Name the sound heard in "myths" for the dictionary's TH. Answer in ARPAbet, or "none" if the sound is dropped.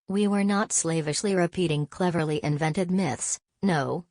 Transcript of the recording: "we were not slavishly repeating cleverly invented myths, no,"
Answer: TH